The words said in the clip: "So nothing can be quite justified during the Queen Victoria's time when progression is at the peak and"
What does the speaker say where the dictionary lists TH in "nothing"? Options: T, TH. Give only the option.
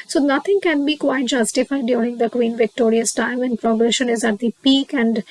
T